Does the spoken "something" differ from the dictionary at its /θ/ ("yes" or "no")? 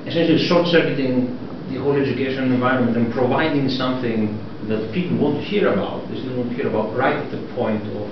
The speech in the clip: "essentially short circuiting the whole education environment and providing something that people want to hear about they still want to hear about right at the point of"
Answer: no